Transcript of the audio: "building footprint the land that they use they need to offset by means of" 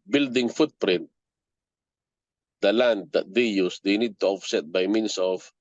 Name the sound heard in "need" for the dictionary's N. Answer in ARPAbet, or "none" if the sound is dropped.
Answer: N